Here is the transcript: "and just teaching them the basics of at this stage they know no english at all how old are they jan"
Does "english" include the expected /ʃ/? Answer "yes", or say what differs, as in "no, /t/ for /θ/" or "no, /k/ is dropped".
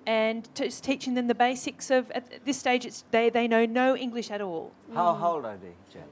yes